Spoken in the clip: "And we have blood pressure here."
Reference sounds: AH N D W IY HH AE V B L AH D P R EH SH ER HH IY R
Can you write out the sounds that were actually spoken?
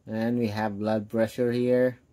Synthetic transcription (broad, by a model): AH N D W IY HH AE V B L AH D B R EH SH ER HH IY R